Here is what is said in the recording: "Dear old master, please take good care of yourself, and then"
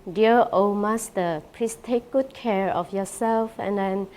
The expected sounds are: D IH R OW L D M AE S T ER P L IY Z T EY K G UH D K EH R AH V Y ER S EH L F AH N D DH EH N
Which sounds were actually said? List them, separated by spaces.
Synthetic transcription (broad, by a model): D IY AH OW M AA S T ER P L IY S T EY K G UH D K EH R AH F Y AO S EH L F AH N D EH N